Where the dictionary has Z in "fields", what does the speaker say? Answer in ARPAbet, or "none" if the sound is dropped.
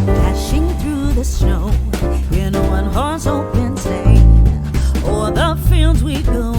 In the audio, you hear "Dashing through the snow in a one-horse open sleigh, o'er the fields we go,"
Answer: Z